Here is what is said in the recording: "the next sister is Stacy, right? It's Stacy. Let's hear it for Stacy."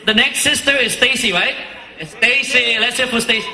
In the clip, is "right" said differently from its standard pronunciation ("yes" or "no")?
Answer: yes